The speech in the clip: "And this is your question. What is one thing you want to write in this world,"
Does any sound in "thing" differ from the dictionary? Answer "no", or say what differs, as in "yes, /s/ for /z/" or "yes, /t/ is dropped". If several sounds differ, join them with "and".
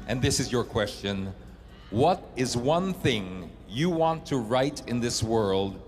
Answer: no